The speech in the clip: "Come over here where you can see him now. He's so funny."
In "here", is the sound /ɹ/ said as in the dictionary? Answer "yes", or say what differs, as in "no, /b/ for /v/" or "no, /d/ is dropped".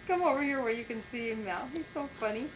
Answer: yes